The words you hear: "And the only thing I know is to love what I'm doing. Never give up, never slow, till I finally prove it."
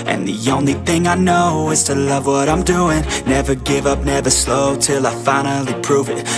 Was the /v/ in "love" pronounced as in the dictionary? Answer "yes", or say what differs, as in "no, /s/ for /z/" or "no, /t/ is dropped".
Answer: yes